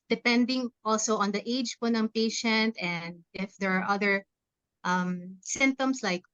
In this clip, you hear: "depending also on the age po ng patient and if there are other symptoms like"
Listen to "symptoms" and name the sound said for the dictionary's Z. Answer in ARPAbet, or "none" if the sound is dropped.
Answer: S